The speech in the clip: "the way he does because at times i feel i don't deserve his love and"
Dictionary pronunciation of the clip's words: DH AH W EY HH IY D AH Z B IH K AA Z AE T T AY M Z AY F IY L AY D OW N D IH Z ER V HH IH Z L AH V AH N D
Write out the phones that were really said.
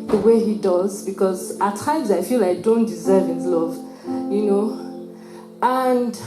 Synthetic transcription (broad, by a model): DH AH W EY HH IY D AH Z B IH K AA Z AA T T AY M Z AY F IY L AY D OW N D IH Z ER V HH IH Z L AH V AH N D